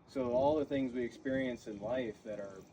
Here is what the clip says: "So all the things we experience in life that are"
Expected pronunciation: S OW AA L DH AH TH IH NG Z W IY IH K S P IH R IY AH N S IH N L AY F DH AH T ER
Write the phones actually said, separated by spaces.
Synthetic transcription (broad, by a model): S OW AA L DH AH TH IH NG Z W IY IH K S P IH R IY AH N S IH N L AY F DH AH T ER